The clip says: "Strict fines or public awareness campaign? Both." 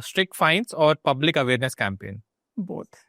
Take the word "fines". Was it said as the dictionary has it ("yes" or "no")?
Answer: no